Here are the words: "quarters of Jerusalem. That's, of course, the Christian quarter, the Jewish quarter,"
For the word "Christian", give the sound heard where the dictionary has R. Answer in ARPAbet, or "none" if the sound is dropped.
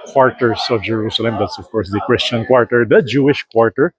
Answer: R